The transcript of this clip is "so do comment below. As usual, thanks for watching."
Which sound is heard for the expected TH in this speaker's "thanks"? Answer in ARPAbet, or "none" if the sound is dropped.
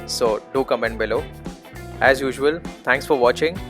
T